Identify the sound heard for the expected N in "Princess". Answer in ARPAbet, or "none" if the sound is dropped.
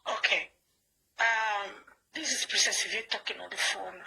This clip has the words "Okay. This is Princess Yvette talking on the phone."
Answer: none